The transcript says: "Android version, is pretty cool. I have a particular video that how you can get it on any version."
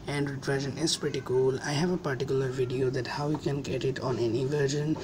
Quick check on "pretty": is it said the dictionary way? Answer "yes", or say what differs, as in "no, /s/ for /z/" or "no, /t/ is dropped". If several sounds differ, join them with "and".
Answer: yes